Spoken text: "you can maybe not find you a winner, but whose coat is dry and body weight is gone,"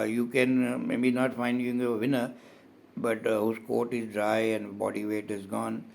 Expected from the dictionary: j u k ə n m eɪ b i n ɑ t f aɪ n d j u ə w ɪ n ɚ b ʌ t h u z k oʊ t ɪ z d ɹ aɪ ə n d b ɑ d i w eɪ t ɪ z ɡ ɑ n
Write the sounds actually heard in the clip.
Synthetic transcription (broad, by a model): j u k ə n m eɪ b i n ɑ t f aɪ n d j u ə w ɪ n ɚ b ʌ t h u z k oʊ t ɪ z d ɹ aɪ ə n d b ɑ d i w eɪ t ɪ z ɡ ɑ n